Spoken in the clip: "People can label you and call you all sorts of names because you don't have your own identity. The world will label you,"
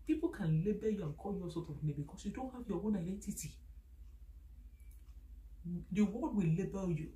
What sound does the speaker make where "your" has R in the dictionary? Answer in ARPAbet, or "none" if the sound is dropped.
W